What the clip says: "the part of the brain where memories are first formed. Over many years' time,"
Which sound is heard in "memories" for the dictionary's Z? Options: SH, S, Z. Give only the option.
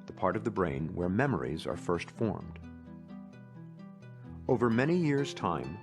Z